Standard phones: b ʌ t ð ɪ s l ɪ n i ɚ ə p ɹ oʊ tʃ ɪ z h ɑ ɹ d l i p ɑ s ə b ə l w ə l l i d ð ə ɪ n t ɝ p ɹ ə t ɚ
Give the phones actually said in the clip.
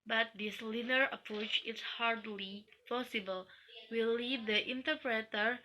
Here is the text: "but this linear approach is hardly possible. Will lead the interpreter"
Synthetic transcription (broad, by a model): b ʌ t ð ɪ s l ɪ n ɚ ə p ɹ oʊ tʃ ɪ s h ɑ ɹ d l i p ɑ s ə b ə l w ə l l i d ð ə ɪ n t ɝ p ɹ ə t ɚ